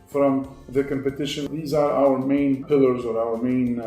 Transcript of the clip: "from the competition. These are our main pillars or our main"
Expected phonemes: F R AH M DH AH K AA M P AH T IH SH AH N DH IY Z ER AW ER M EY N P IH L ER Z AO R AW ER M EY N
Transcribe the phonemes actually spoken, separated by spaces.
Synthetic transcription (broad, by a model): F R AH M DH AH K AA M P AH T IH SH AH N DH IY Z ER AW ER M EY N P IH L ER Z AO R AW ER M EY N